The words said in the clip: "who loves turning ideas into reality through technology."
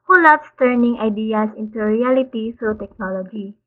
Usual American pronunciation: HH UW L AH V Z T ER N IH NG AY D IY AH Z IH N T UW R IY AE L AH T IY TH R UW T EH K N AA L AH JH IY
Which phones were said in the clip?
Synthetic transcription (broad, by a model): HH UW L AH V S T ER N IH NG AY D IY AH S IH N T UW R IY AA L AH T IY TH R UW T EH K N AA L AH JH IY